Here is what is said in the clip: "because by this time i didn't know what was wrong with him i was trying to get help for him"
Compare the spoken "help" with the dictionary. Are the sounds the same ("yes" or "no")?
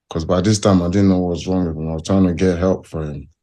yes